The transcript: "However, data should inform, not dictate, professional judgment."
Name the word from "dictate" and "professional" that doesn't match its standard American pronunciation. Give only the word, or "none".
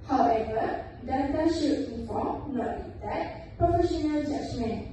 dictate